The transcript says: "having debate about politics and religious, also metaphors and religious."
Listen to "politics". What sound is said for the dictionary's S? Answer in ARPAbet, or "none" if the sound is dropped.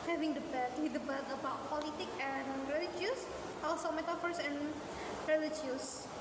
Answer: none